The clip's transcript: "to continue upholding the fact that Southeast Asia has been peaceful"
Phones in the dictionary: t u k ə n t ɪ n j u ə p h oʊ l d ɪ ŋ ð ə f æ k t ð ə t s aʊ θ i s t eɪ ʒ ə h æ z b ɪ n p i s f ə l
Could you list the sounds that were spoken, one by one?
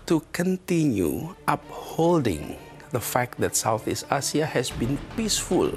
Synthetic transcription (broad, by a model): t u k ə n t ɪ n j u ə p h oʊ l d ɪ ŋ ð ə f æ k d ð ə t s aʊ θ i s t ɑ s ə h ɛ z b ɪ n p i s f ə l